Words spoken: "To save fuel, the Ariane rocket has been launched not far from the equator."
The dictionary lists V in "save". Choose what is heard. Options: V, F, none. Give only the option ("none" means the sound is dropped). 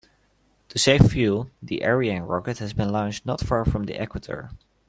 F